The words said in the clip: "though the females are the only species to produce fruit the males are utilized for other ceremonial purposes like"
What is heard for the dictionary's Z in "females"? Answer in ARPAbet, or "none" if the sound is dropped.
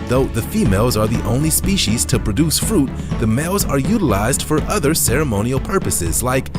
Z